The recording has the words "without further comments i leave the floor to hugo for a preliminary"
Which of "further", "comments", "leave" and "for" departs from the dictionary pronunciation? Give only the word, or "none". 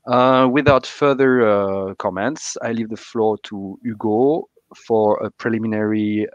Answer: none